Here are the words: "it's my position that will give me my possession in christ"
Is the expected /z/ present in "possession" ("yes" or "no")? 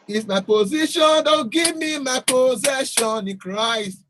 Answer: yes